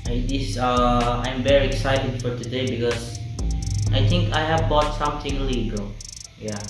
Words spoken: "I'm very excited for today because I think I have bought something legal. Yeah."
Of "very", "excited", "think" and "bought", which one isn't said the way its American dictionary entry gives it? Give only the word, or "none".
think